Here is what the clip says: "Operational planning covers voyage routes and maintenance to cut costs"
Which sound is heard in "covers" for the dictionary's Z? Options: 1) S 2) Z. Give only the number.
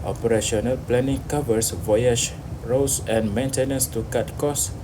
1